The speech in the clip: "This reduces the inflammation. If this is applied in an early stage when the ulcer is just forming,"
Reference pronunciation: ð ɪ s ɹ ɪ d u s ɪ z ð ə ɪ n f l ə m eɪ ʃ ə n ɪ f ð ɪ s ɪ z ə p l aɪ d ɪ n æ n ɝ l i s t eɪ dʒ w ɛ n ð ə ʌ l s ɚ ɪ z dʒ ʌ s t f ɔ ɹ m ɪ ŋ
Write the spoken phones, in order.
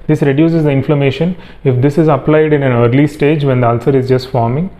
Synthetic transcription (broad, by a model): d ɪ s ɹ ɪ d u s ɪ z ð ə ɪ n f l ə m eɪ ʃ ə n ɪ f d ɪ s ɪ z ə p l aɪ d ɪ n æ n ɝ l i s t eɪ dʒ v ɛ n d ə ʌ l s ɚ ɪ z dʒ ʌ s t f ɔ ɹ m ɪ ŋ